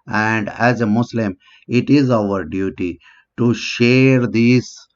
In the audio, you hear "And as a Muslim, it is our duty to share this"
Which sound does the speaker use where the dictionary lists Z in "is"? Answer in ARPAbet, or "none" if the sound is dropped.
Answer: Z